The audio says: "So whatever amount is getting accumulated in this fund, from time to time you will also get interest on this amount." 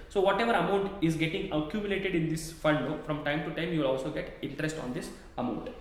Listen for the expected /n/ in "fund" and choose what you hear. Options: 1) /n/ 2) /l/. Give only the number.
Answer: 2